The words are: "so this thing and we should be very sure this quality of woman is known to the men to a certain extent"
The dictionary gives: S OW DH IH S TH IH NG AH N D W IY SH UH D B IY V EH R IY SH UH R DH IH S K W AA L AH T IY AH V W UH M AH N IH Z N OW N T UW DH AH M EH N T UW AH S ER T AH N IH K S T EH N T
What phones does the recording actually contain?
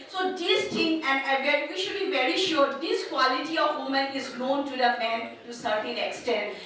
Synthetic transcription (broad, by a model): S OW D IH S T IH NG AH N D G IY SH UH D B IY V EH R IY SH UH R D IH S K W AA L AH T IY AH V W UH M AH N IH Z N OW N T UW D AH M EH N T UW S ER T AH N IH K S T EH N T